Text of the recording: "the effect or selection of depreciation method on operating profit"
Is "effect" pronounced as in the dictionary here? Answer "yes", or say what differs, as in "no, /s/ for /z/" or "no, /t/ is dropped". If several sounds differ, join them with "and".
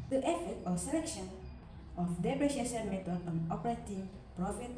no, /k/ is dropped